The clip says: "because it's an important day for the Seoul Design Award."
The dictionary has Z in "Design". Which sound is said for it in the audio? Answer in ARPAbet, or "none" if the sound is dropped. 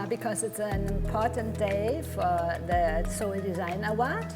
Z